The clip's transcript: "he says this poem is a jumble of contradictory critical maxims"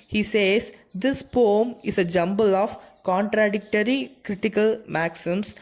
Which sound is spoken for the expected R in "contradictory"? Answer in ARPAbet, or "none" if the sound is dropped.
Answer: R